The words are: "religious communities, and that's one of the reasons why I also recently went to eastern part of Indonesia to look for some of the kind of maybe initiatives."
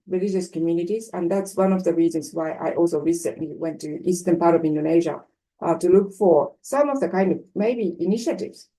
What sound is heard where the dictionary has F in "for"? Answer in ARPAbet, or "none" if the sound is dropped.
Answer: F